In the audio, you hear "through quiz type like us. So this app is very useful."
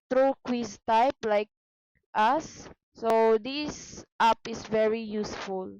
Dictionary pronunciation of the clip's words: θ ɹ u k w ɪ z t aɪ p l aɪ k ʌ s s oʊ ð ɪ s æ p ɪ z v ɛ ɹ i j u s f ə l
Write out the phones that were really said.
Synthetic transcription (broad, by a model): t ɹ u k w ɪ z t aɪ p l aɪ k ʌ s s oʊ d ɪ s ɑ p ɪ s v ɛ ɹ i j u s f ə l